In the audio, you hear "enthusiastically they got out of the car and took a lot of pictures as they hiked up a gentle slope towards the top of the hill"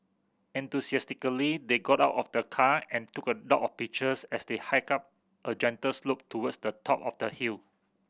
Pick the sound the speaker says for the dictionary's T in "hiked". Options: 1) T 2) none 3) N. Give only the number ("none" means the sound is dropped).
2